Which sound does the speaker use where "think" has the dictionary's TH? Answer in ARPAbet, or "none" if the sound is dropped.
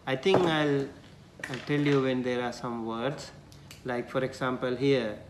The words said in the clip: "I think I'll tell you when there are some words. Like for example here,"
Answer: T